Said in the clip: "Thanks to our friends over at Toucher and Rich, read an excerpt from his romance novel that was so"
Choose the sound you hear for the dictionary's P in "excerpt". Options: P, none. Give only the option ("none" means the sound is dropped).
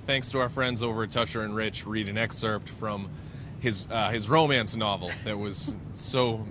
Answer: P